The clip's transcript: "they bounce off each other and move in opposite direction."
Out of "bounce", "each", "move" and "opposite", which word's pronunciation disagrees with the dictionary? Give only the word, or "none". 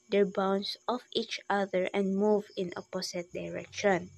opposite